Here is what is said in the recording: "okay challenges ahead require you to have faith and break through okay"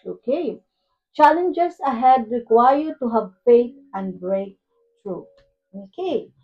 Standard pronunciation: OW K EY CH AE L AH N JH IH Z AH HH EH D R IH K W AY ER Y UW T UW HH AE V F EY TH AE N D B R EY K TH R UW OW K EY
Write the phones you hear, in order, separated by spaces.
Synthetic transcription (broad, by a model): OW K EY CH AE L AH N JH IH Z AH HH EH D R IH K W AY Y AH T UW HH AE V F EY T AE N D B R EY K T R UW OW K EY